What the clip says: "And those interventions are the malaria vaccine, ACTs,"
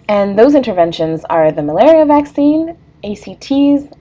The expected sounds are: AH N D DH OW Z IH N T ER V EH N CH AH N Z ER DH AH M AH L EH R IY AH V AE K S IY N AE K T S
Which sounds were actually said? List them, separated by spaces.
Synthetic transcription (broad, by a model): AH N DH OW Z IH N T ER V EH N SH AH N Z ER DH AH M AH L EH R IY AH V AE K S IY N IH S T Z